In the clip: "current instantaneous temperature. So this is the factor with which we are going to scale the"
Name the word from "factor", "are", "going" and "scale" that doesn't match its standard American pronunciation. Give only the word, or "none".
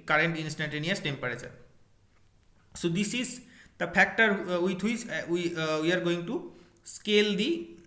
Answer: factor